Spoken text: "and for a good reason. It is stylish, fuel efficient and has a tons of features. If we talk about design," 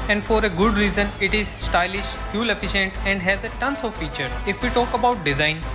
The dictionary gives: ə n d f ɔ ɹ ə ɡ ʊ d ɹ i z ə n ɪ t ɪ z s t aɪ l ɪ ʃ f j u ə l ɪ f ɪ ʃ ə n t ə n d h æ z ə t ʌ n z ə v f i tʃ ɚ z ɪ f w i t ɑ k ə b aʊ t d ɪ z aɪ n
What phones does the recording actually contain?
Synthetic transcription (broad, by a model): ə n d f ɔ ɹ ə ɡ ʊ d ɹ i z ə n ɪ t ɪ z s t aɪ l ɪ ʃ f j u l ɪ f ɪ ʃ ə n t ə n d h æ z ə t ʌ n s ə v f i tʃ ɚ ɪ f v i t ɑ k ə b aʊ t d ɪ z aɪ n